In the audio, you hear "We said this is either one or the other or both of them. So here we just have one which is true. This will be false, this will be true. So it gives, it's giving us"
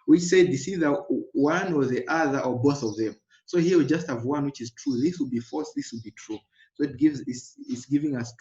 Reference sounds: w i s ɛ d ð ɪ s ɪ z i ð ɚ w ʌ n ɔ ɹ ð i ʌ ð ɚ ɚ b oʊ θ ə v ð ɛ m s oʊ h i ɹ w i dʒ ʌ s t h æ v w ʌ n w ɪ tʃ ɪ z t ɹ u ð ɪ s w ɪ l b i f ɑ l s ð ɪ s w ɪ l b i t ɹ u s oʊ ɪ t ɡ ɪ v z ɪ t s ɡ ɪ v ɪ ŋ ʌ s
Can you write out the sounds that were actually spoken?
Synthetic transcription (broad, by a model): w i s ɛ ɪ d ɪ s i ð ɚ w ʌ n ɔ ɹ ð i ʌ ð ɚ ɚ b oʊ θ ə v ð ɛ m s oʊ h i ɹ w i dʒ ʌ s t h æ v w ʌ n w ɪ tʃ ɪ z t ɹ u ð ɪ s w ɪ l b i f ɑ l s ð ɪ s w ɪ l b i t ɹ u s oʊ ɪ t ɡ ɪ v z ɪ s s ɡ ɪ v ɪ ŋ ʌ s